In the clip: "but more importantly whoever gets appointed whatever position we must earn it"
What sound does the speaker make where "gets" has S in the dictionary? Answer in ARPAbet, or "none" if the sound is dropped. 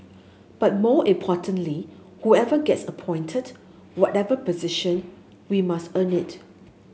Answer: S